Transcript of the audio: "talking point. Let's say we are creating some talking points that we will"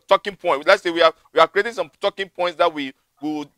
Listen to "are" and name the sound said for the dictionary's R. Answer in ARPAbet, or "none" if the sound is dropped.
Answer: W